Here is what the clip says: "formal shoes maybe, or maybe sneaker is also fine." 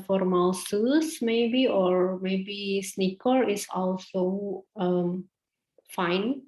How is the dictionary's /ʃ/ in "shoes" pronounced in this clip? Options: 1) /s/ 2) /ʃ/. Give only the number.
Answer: 1